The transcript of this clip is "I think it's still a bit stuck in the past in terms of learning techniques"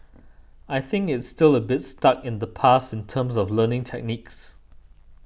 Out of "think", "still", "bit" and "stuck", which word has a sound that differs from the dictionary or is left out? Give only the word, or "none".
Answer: none